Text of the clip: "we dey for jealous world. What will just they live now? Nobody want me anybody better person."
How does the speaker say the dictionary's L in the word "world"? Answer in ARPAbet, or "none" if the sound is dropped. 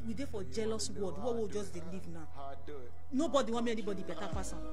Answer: none